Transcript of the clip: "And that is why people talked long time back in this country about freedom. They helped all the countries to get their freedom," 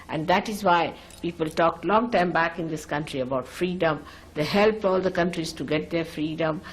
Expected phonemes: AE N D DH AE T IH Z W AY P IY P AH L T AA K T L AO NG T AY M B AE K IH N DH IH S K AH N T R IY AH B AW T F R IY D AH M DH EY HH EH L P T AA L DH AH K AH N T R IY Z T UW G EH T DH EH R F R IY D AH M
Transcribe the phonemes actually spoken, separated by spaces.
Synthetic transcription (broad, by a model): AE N D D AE T IH Z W AY P IY P AH L T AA K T L AO NG T AY M B AE K IH N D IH S K AH N T R IY AH B AW T F R IY D AH M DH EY HH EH L P AA L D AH K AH N T R IY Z T UW G EH T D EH R F R IY D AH M